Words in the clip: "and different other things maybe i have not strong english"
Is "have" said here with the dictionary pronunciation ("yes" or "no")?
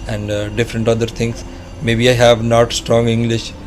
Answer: yes